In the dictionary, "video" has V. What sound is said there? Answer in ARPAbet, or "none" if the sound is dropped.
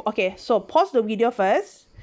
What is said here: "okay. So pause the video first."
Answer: W